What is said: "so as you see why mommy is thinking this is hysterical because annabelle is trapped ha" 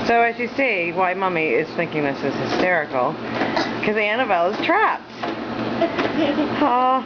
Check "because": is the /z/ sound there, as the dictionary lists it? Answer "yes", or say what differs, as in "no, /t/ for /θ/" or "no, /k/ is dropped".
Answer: no, /z/ is dropped